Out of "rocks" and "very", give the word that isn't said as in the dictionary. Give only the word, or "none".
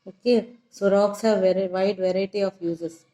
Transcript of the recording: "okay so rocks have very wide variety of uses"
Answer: very